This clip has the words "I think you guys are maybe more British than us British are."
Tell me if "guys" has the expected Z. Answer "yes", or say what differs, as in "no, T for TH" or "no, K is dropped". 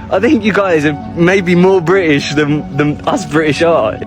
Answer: yes